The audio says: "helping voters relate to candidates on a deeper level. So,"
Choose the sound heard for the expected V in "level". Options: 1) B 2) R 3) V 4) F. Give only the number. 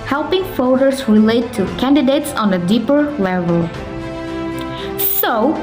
3